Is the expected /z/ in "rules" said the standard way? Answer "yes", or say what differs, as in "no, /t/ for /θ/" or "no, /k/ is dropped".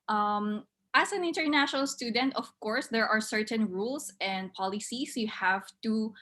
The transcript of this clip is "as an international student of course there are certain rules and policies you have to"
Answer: no, /s/ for /z/